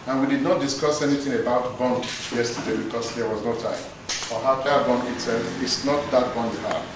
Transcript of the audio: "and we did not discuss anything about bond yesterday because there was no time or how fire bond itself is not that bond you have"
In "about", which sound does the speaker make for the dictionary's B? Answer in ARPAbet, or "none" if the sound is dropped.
B